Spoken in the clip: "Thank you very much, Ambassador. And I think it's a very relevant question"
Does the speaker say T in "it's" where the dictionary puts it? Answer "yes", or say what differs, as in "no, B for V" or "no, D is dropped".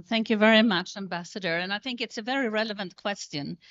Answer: yes